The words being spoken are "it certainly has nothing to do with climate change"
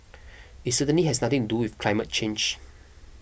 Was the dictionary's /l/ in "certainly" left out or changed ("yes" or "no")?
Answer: yes